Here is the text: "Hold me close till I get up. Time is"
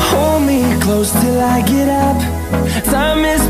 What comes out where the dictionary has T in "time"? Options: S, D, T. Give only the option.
S